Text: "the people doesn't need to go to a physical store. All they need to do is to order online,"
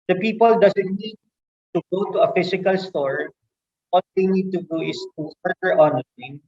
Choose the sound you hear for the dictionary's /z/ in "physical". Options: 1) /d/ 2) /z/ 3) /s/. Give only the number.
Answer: 3